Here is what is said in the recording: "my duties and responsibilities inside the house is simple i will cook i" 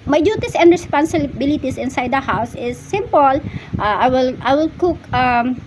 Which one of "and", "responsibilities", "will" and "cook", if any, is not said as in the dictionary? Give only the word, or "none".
responsibilities